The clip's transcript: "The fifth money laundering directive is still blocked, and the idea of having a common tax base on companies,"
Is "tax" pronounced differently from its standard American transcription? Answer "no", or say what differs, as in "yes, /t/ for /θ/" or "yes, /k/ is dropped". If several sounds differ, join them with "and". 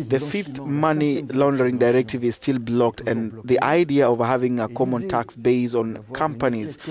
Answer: no